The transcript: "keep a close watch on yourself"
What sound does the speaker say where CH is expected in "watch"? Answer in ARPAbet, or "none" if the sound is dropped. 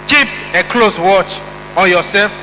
CH